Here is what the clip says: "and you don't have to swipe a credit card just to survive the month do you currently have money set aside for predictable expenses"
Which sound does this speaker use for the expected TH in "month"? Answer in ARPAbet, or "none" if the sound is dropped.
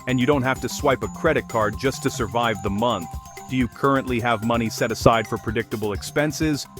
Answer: TH